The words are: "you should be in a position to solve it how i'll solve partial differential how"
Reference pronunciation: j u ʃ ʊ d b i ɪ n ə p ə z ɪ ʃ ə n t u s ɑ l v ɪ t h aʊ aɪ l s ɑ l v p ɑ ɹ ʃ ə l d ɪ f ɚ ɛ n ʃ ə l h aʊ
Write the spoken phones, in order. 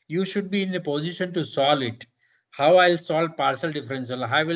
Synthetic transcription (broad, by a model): j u ʃ ʊ d b i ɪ n ə p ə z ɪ ʃ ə n t u s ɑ l ɪ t h aʊ aɪ l s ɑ l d p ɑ ɹ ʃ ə l d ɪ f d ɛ n s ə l h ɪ